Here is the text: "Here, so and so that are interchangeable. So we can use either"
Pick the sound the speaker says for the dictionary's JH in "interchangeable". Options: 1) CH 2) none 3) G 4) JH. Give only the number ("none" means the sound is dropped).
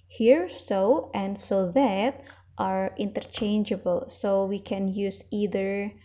4